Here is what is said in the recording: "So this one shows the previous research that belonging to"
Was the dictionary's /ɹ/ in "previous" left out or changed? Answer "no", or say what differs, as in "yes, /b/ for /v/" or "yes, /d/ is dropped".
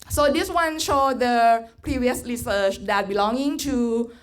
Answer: no